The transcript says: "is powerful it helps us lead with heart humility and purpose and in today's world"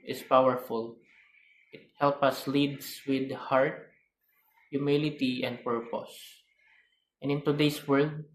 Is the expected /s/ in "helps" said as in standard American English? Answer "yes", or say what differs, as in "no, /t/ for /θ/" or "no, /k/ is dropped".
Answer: no, /s/ is dropped